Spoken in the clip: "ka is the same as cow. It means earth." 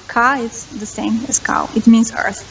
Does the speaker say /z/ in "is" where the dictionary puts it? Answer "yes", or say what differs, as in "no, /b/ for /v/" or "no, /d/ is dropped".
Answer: no, /s/ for /z/